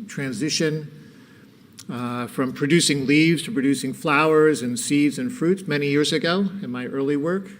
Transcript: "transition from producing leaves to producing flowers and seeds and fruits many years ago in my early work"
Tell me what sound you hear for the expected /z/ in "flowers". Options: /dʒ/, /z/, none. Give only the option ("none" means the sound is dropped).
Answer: /z/